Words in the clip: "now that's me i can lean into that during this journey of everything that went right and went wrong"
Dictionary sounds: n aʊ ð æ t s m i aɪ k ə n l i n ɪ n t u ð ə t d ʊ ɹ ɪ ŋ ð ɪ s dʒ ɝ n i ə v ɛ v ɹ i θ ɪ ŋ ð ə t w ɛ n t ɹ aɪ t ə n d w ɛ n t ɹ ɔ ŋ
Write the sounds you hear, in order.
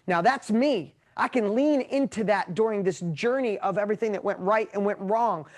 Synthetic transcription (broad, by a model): n aʊ ð æ t s m i aɪ k ə n l i n ɪ n t u ð ə t d ʊ ɹ ɪ ŋ ð ɪ s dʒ ɝ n i ə v ɛ v ɹ i θ ɪ ŋ ð ə t w ɛ n t ɹ aɪ t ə n w ɛ n t ɹ ɔ ŋ